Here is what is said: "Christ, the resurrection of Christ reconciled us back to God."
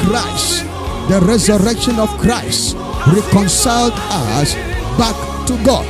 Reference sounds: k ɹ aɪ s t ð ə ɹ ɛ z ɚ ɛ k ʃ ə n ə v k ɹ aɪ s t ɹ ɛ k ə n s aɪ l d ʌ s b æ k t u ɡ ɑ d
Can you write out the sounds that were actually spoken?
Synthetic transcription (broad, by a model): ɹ aɪ s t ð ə ɹ ɛ z ɚ ɛ k ʃ ə n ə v k ɹ aɪ s t ɹ ɛ k ə n s aɪ l d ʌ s b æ k t u ɡ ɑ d